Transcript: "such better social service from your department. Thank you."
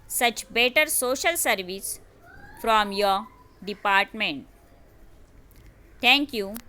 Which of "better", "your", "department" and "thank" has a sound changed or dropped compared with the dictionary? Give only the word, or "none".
thank